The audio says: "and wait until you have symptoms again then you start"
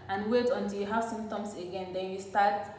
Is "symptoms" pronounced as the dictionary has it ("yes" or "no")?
no